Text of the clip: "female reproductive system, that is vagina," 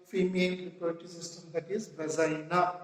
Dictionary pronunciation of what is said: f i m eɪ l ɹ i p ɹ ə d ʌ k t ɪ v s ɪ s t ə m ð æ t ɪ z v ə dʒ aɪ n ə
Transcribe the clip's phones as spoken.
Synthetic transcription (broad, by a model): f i m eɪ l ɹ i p ə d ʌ t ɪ s ɪ s t ə m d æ t ɪ z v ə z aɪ n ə